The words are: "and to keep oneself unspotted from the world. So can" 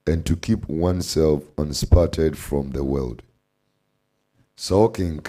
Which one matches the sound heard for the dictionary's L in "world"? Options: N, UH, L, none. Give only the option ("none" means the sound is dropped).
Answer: L